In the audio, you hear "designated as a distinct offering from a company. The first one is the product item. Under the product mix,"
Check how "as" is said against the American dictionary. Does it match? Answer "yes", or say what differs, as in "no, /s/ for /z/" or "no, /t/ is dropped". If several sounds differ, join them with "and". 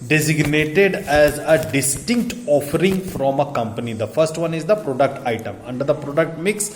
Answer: yes